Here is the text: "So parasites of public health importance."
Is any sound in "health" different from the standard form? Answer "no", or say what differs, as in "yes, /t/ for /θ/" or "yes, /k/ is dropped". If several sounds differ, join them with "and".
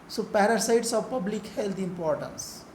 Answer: yes, /t/ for /θ/